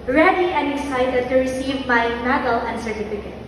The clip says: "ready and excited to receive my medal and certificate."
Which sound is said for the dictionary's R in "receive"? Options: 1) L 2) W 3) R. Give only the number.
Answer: 3